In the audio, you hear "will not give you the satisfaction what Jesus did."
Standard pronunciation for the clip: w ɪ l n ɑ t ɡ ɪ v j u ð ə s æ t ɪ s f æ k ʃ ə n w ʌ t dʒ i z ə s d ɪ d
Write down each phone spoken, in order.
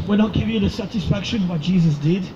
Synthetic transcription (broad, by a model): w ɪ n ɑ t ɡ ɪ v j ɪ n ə s æ t ɪ s f æ k ʃ ə n w ʌ t dʒ i z ə s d ɪ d